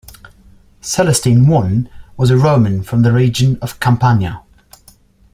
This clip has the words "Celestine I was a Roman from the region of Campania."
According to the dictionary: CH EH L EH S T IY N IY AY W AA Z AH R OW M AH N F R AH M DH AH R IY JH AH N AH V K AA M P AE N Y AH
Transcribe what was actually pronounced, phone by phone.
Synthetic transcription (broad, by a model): S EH L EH S T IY N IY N W AA Z AH R OW M AH N F R AH M DH AH R IY JH AH N AH V K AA M P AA N Y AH